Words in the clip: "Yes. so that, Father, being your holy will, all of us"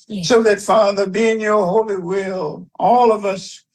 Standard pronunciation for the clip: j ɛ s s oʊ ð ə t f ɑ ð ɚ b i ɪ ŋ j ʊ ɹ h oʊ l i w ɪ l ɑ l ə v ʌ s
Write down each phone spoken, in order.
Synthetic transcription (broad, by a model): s s oʊ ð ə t f ɑ ð ɚ b i ɪ ŋ j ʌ ɹ h oʊ l i w ɪ l ɑ l ə v ʌ s